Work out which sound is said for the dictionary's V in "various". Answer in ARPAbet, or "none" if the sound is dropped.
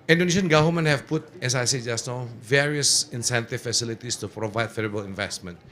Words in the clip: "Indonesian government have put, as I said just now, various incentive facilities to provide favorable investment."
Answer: V